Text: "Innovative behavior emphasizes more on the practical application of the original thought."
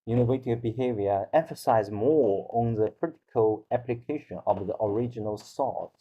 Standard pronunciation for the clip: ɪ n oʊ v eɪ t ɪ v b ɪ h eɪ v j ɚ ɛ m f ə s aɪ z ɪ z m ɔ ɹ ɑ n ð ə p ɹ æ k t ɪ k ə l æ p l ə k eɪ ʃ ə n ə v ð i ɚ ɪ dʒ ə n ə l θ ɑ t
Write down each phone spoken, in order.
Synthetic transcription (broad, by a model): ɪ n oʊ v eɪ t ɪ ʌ b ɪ h eɪ v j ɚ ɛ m f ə s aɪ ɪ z m ɔ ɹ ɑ n ð ə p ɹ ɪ t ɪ k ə l æ p l ə k eɪ ʃ ə n ə v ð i ɚ ɪ dʒ ə n ə l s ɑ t